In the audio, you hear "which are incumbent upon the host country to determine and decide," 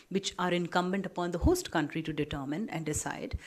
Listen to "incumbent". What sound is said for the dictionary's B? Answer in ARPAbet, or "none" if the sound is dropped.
B